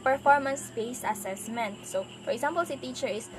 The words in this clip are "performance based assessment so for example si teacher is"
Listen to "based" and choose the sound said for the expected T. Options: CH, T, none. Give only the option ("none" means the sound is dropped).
none